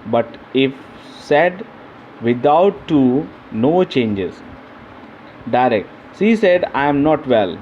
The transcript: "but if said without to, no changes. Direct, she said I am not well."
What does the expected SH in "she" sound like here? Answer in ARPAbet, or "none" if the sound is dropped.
S